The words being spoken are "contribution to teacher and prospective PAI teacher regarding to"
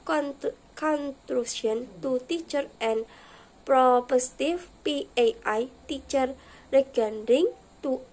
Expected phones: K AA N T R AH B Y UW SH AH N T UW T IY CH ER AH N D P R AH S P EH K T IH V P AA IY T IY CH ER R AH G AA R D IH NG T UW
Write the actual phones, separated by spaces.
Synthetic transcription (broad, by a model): K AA N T R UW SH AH N T UW T IY CH ER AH N P R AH P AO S T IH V P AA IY T IY CH ER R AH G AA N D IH NG T UW